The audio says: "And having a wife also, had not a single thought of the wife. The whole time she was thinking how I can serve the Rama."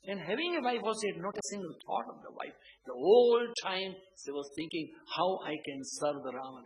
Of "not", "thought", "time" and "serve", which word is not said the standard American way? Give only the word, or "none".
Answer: thought